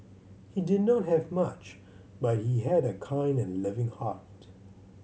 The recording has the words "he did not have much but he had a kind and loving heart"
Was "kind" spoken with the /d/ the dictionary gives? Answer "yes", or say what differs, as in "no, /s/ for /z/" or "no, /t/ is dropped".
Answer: yes